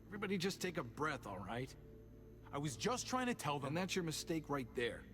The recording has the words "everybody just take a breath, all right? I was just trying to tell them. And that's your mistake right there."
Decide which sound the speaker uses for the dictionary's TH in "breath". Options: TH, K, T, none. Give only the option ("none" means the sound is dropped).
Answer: TH